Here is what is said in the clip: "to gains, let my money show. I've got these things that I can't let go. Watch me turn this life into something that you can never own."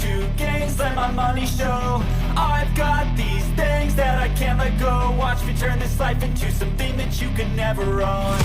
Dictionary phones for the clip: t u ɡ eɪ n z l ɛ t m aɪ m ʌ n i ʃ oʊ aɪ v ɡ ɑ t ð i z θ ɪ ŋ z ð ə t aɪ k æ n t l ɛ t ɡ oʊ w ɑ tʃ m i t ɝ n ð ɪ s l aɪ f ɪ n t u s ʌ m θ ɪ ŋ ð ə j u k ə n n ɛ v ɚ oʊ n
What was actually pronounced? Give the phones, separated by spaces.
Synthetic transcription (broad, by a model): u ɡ eɪ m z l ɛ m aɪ m ʌ n i ʃ oʊ aɪ v ɡ ɑ t ð i z θ ɪ ŋ z ð ə t aɪ k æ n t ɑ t ɡ oʊ w ɑ tʃ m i t ɝ n ð ɪ s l aɪ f ɪ n t u s ʌ m θ ɪ ŋ ð ə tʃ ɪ k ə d n ɛ v ɚ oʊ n